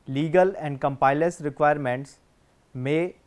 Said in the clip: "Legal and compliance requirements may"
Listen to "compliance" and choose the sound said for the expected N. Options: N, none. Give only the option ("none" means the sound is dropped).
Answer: none